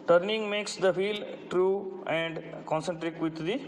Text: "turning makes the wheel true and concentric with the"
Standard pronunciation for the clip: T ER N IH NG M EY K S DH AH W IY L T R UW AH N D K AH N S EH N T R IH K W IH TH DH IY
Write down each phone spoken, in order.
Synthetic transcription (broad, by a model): T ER N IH NG M EY K S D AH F IY L T R UW AH N D K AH N S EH N T R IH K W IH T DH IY